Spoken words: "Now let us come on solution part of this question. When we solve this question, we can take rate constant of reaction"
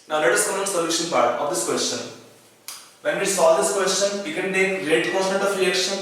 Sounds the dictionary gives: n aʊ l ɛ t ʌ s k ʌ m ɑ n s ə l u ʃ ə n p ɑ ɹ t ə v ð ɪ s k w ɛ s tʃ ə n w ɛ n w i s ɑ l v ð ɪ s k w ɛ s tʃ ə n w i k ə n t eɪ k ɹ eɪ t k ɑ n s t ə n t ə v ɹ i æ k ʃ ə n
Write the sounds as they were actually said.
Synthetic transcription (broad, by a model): n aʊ l ɛ t ʌ s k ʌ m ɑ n s ə l u ʃ ə n p ɑ ɹ t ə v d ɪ s k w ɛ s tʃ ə n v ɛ n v i s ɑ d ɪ s k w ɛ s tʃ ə n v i k ə n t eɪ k l eɪ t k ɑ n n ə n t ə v ɹ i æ k ʃ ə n